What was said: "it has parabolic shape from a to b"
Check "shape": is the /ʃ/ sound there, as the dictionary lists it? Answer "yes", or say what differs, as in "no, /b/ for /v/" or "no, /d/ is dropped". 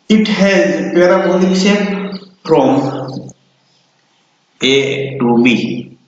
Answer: no, /s/ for /ʃ/